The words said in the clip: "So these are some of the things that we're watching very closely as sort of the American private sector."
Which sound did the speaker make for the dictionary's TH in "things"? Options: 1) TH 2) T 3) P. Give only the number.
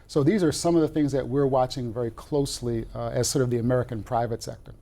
1